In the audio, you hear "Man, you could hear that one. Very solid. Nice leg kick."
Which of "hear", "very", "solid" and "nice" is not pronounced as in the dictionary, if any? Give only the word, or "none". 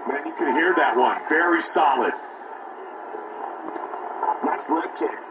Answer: nice